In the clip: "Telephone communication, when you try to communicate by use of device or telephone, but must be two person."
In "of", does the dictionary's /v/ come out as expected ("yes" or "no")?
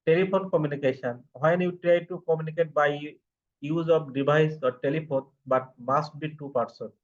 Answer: no